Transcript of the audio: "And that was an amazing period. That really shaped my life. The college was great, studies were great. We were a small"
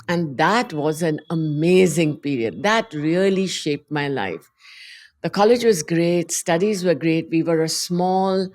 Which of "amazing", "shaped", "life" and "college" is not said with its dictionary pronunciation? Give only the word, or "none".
none